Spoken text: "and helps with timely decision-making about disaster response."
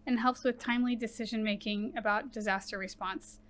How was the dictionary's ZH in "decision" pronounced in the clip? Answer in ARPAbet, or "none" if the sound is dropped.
ZH